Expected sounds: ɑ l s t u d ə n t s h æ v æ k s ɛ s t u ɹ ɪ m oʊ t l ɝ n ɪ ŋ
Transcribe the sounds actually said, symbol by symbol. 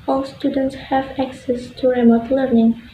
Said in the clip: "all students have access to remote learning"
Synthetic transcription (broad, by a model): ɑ l s t u d ə n t s h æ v æ k s ɛ s t u ɹ ɪ m oʊ t l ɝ n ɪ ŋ